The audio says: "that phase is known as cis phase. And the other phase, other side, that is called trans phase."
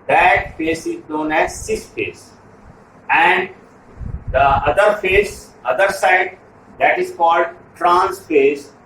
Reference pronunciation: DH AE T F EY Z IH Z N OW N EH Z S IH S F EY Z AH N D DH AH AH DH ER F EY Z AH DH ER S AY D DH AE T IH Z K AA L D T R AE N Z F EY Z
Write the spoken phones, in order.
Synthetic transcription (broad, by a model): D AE T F EY S IH Z N OW N EH Z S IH S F EY S AH N D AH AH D ER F EY S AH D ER S AY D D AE T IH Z K AA L D T R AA N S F EY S